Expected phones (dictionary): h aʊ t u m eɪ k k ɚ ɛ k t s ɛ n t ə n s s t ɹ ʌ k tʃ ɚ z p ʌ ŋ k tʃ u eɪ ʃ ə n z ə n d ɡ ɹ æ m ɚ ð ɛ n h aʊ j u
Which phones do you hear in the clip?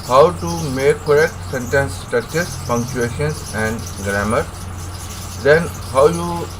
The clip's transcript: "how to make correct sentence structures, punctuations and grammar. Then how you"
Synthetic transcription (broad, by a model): h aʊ t u m eɪ k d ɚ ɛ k t s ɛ n t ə n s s t ʌ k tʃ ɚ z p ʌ ŋ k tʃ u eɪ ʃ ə n s ə n d ɡ ɹ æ m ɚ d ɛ n h aʊ j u